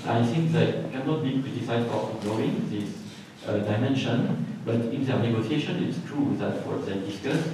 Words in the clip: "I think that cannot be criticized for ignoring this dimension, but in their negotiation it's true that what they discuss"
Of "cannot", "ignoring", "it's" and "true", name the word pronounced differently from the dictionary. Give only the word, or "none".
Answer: ignoring